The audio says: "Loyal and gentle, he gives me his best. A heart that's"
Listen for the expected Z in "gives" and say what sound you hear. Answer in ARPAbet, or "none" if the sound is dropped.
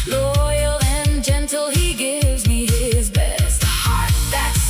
Z